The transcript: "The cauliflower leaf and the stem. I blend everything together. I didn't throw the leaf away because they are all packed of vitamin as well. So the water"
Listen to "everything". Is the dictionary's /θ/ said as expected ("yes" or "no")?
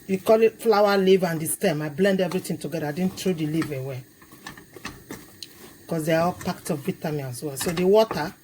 no